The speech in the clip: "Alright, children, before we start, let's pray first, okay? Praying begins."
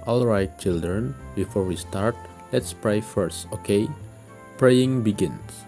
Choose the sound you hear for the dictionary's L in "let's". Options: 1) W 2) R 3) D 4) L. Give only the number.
4